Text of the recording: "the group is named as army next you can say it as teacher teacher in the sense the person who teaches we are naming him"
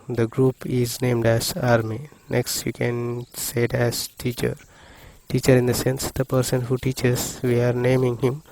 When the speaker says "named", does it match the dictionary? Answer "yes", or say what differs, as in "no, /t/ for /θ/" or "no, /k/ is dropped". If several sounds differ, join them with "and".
yes